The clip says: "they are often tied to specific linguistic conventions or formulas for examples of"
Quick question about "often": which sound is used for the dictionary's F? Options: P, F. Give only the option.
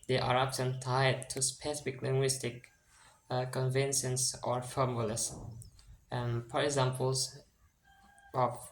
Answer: P